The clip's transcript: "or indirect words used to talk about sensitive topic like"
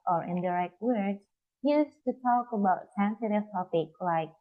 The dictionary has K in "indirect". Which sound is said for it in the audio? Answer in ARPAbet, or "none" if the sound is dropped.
K